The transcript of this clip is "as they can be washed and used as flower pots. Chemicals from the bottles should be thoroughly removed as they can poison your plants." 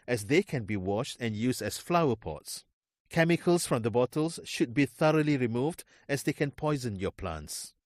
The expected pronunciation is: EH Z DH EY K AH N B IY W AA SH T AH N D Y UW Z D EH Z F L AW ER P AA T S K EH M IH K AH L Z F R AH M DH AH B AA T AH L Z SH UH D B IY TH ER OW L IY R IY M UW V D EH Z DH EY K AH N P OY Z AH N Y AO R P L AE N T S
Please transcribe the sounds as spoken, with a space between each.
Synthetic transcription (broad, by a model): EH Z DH EY K AH N B IY W AA SH T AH N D Y UW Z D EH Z F L AW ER P AA T S K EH M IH K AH L S F R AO M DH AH B AA T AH L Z SH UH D B IY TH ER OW L IY R IY M UW V D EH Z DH EY K AH N P OY Z AH N Y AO P L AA N T S